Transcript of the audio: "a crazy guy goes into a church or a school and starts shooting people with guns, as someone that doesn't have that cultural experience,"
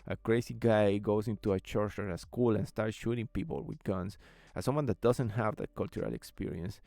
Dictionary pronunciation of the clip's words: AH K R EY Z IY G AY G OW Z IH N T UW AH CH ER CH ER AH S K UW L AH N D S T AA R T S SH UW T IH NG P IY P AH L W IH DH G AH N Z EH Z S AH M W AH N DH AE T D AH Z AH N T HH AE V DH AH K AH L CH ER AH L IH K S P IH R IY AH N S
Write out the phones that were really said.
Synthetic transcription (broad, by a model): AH K R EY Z IY G AY G OW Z IH N T UW AH CH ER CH ER AH S K UW L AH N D S T AA R T S SH UW T IH NG P IY P AH L W IH DH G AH N S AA S AH M W AH N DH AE T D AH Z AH N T HH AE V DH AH K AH L CH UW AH L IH K S P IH R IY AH N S